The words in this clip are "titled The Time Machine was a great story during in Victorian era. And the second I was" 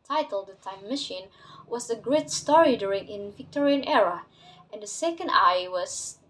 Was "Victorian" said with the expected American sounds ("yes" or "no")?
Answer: yes